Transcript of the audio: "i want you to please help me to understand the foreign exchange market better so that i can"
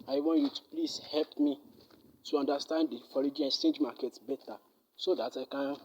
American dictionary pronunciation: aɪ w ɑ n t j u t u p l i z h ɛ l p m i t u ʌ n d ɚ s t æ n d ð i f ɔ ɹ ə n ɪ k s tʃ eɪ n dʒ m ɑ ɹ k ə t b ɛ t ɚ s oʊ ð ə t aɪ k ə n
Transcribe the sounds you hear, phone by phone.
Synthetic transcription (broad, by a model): aɪ w ɑ n t j u t u p l i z h ɛ l p m i t u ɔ n d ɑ s t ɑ n d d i f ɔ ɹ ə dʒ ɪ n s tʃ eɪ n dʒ m ɑ k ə t b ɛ t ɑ s oʊ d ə t aɪ k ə n